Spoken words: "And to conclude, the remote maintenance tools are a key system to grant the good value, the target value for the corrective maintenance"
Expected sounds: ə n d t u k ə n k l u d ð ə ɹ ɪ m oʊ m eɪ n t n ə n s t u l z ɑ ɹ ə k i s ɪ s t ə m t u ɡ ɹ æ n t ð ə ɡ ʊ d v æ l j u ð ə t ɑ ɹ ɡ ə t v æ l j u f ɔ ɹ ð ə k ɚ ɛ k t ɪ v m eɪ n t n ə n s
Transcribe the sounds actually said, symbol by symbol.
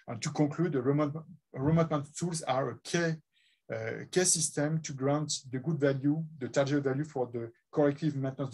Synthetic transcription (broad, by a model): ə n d t u k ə k l u d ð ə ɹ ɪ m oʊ m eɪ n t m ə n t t u l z ɑ ɹ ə k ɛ s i s t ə m t u ɡ ɹ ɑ n t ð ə ɡ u d v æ l j u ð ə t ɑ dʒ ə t v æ l j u f ɔ ɹ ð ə k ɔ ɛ k t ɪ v m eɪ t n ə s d